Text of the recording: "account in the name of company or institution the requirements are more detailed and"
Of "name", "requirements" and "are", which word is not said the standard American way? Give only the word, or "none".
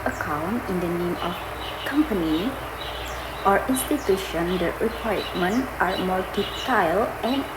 requirements